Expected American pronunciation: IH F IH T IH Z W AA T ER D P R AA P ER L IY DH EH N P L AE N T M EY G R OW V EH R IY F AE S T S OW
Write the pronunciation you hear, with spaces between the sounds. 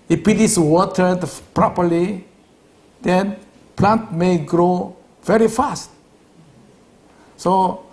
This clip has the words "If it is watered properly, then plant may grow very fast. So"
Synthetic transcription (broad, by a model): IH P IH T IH S W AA T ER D P R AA P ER L IY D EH N P L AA N T M EY G R OW V EH R IY F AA S T S OW